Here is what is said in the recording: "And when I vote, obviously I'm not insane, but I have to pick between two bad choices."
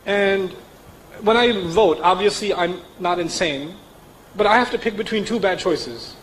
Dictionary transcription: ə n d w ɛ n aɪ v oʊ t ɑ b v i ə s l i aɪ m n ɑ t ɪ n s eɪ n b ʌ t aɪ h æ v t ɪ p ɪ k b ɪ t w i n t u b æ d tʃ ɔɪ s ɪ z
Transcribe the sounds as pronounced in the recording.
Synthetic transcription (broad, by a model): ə n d w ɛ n aɪ v oʊ t ɑ b v i ə s l i aɪ m n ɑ t ɪ n s eɪ n b ʌ t aɪ h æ f t ɪ p ɪ k b ɪ t w i n t u b æ d tʃ ɔɪ s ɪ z